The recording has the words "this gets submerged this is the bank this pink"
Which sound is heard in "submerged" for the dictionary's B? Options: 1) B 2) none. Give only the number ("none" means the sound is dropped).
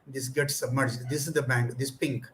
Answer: 1